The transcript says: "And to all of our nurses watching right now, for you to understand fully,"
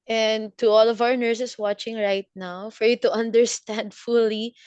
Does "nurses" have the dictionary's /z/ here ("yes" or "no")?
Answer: no